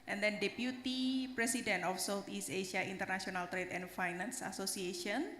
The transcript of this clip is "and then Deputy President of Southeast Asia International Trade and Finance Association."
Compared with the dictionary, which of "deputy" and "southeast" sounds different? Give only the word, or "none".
southeast